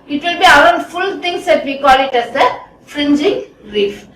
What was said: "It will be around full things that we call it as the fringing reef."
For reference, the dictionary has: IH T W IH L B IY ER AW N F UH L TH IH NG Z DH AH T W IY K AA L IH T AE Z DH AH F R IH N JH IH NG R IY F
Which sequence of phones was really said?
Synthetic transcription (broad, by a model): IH T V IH L B IY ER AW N F UH L T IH NG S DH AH T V IY K AA L IH T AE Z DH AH F R IH N JH IH NG R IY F